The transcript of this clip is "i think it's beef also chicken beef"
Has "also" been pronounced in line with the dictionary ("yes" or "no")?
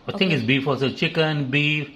no